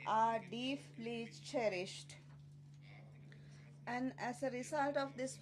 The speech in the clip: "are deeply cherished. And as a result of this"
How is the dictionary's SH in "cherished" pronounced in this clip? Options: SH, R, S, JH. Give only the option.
SH